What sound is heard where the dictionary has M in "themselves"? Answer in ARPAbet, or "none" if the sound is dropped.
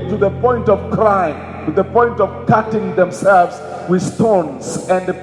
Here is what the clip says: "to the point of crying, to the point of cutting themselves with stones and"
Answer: M